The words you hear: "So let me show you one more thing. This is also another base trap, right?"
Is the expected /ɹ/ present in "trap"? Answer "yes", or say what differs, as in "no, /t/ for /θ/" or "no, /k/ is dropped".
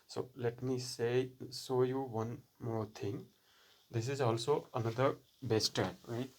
no, /ɹ/ is dropped